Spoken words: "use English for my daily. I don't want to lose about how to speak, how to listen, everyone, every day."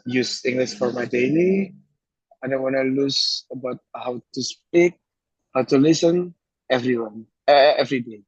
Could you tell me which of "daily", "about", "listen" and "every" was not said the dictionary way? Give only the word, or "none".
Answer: daily